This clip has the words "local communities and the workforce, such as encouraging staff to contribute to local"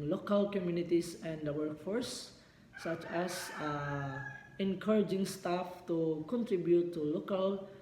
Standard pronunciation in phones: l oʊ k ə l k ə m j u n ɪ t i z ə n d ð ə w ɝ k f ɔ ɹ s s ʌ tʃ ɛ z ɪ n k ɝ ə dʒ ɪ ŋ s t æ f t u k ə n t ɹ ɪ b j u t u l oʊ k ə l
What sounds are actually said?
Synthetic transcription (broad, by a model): l oʊ k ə l k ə m j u n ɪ t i s ə n d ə w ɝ k f ɔ ɹ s s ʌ tʃ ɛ s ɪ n k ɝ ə dʒ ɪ ŋ s t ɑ f t u k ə n t ɹ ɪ b j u t u l oʊ k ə l